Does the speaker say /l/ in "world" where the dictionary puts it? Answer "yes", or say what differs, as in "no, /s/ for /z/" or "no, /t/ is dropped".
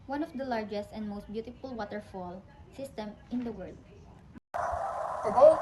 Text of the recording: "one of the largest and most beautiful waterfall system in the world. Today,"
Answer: yes